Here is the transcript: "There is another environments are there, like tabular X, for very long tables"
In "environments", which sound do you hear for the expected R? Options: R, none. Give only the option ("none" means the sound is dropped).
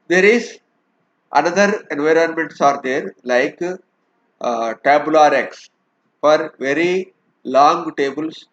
R